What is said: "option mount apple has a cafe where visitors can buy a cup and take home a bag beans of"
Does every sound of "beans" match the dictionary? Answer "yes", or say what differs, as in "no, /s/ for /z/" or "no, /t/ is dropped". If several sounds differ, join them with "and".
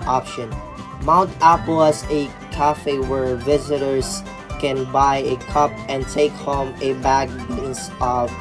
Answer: no, /s/ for /z/